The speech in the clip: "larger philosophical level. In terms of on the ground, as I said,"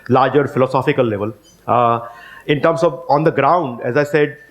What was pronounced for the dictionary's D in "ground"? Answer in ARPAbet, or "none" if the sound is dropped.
D